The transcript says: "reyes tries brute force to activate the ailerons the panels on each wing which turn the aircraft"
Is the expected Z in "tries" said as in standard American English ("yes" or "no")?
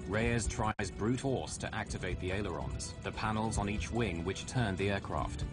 yes